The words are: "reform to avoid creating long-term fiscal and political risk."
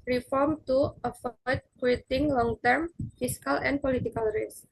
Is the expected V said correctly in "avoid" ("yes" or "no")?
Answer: no